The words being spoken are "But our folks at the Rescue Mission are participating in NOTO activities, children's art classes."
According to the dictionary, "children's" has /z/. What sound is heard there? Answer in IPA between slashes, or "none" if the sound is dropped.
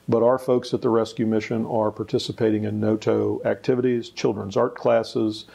/z/